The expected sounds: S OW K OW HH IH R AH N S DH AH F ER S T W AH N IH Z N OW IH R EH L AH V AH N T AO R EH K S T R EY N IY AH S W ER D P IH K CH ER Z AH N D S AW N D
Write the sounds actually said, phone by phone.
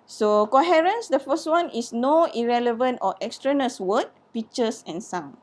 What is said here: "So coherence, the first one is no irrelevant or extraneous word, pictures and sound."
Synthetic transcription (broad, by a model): S OW K OW HH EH R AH N S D AH F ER S T W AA N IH S N OW IH R EH L AH V AH N T AO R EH K S T R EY N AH S W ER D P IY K CH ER S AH N S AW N